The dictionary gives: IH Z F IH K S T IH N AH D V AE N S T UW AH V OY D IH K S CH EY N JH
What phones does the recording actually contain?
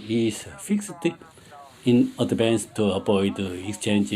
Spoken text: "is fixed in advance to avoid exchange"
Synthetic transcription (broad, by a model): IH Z F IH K S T IH N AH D B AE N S T UW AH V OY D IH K S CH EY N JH